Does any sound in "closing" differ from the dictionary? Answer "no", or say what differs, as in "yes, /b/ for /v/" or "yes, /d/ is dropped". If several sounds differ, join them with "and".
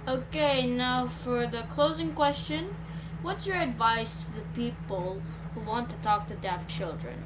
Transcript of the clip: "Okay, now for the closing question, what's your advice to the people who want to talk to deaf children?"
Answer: no